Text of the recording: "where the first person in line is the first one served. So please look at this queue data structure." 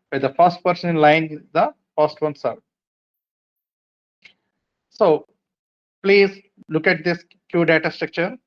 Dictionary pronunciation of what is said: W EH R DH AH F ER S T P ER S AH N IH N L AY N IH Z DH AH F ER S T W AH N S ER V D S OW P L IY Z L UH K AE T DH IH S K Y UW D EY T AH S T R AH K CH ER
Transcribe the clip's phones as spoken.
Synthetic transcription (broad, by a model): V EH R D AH F ER S T P ER S AH N IH N L AY N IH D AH F ER S T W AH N S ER D S OW P L IY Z L UH K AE T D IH S K Y UW D EY T AH S T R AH K CH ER